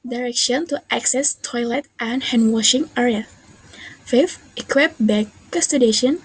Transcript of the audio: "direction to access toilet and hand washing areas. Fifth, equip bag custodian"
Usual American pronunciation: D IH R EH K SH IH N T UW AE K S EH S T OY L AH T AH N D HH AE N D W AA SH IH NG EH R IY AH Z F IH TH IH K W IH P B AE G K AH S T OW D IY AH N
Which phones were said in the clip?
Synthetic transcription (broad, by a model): D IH R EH K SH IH N T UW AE K S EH S T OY L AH T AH N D HH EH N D W AA SH IH NG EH R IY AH F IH F IH K W IH P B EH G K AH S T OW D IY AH N